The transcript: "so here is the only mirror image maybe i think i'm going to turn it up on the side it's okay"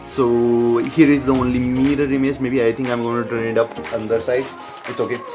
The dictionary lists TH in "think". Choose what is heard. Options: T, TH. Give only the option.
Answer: T